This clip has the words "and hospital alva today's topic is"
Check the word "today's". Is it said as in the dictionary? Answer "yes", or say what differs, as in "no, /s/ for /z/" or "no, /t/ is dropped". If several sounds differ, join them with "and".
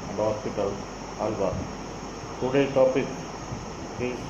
no, /z/ is dropped